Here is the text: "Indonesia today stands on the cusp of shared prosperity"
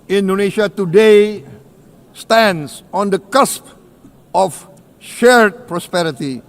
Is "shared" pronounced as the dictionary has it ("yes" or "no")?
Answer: yes